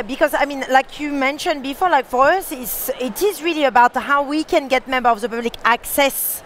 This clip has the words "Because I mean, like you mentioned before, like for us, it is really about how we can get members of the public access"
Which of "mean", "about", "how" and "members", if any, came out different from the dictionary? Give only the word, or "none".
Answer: members